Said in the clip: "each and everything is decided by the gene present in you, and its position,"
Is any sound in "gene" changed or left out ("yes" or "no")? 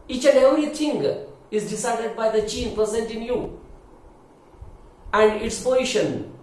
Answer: yes